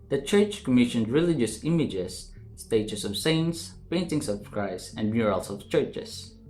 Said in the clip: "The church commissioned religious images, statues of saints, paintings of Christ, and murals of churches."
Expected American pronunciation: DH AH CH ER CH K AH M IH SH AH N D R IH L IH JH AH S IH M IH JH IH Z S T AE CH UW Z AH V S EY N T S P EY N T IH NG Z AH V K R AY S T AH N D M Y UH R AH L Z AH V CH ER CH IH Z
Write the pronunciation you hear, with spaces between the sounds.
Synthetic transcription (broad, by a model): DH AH CH ER CH K AH M IH SH AH N D R IH L IH JH AH S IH M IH JH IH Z S T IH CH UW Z AH V S EY N T S P EY N T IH NG S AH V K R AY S AH N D M Y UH R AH L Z AH V CH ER CH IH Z